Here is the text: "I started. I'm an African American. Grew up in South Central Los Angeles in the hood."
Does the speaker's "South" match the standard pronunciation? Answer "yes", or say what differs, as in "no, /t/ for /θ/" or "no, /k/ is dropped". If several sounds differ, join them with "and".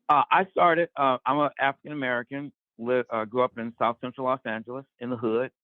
yes